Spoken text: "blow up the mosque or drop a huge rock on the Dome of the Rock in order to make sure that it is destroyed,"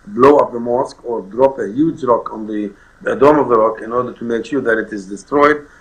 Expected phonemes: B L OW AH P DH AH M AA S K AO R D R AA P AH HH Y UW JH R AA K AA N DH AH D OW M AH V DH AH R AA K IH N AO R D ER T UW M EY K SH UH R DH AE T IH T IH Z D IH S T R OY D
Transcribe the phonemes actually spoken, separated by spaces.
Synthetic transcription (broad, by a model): B L OW AH P DH AH M AA S K AO R D R AA P AH HH Y UW JH R AA K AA N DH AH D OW M AH V DH AH R AA K IH N AO R D ER T UW M EY K SH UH R DH AE T IH T IH Z D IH S T R OY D